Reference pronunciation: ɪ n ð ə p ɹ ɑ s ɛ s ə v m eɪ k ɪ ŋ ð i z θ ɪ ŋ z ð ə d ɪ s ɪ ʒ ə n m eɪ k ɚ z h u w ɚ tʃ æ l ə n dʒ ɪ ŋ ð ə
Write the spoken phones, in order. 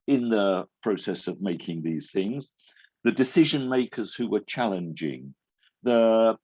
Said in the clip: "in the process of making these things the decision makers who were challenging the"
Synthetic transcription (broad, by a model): ɪ n ð ə p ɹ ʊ s ɛ s ə v m eɪ k ɪ ŋ ð i z θ ɪ ŋ z ð ə d ɪ s ɪ ʒ ə n m eɪ k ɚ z h u w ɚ tʃ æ l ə n dʒ ɪ ŋ ð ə